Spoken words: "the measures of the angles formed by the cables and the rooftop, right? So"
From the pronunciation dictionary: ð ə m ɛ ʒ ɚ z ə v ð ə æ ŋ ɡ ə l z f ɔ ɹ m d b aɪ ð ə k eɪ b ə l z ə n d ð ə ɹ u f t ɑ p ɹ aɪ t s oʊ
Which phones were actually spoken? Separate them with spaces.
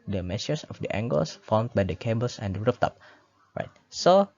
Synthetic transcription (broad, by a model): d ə m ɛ s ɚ s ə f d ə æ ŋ ɡ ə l s f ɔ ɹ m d b aɪ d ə k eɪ b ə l s ə n d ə ɹ u f t ɑ p ɹ aɪ t s oʊ